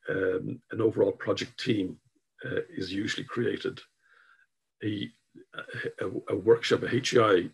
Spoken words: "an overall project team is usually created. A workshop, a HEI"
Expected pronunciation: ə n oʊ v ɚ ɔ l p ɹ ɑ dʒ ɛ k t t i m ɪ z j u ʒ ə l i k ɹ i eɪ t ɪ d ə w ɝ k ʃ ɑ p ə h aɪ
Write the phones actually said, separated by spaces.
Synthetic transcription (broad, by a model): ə n oʊ v ɚ ɔ l p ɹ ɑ dʒ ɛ k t t i m ɪ z j u ʒ ə l i k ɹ i eɪ t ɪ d ə w ɝ k ʃ ɑ p ə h aɪ